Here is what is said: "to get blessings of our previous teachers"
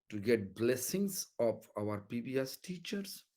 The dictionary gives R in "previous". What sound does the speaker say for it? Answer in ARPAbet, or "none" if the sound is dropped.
none